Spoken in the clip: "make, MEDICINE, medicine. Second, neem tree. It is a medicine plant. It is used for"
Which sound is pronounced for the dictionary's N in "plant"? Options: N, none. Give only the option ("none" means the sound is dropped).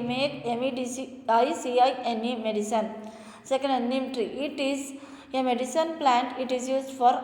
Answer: N